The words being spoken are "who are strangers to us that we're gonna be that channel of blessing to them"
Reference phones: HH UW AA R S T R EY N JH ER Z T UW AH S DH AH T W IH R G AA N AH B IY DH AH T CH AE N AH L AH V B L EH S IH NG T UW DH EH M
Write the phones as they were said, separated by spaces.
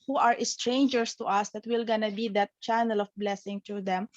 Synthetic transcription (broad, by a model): HH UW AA R S T R EY N JH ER S T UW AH S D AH T W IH L G AA N AH B IY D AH T CH AE N AH L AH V B L EH S IH NG T UW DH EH M